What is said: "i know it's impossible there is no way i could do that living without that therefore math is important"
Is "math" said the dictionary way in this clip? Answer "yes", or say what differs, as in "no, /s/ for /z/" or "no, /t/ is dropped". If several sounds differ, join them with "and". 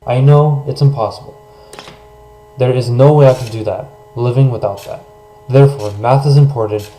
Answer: yes